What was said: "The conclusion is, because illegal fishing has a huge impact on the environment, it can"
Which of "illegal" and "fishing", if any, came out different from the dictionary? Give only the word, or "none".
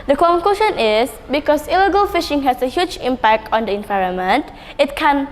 none